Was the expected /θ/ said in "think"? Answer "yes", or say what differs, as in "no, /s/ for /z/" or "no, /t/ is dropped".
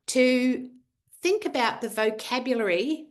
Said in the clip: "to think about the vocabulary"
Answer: yes